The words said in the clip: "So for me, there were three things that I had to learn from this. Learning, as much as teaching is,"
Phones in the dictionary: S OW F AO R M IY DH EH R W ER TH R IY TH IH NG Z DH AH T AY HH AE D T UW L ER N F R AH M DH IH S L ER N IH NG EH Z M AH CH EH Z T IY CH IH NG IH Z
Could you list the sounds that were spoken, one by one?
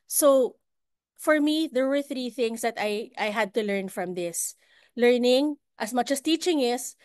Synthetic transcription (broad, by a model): S OW F AO R M IY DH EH R W ER TH R IY TH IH NG S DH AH T AY HH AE D T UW L ER N F R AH M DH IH S L ER N IH NG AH S M AH CH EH S T IY CH IH NG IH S